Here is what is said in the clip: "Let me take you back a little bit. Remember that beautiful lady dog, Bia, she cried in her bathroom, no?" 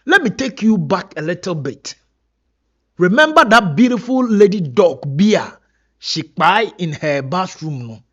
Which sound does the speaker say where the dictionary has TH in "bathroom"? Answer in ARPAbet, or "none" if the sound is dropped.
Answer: S